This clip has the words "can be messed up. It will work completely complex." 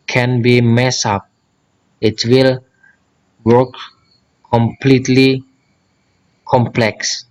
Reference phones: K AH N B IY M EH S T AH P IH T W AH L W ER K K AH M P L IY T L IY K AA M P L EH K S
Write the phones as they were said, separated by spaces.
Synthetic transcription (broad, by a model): K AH N B IY M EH S AH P IH T W AH L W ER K K AH M P L IY T L IY K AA M P L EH K S